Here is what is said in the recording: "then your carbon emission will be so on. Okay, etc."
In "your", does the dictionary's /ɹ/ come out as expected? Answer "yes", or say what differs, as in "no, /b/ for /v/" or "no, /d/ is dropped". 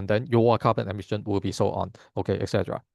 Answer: no, /w/ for /ɹ/